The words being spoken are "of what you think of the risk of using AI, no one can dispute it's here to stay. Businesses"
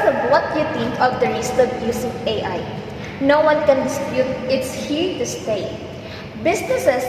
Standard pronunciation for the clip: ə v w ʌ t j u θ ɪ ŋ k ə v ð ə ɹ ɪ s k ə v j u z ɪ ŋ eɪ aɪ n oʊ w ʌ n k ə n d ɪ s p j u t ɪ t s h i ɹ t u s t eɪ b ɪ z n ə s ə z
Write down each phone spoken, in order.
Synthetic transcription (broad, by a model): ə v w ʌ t j u t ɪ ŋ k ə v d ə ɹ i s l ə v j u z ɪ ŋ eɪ aɪ n oʊ w ʌ n k ə n d ɪ s p j u t ɪ t s h i ɹ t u s t eɪ b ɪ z n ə s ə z